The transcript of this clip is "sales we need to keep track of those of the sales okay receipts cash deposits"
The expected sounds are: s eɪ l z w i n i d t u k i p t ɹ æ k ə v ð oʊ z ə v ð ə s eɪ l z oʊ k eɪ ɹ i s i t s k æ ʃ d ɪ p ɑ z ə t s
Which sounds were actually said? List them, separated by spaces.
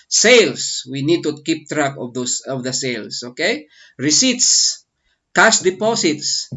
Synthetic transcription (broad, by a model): s eɪ l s w i n i d t u k i p t ɹ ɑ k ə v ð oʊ s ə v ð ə s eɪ l s oʊ k eɪ ɹ i s i t s k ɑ s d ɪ p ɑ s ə t s